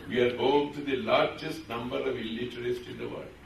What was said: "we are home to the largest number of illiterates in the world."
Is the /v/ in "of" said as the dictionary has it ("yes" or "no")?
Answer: yes